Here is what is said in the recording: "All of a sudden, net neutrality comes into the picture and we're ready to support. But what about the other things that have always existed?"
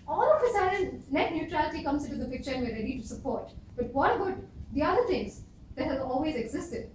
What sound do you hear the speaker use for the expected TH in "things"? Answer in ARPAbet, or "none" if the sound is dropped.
T